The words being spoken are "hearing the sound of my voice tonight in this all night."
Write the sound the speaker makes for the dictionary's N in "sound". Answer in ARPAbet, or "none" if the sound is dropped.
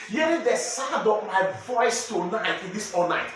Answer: none